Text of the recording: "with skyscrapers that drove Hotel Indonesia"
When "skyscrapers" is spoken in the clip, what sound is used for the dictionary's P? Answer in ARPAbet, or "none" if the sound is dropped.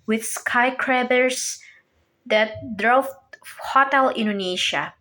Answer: B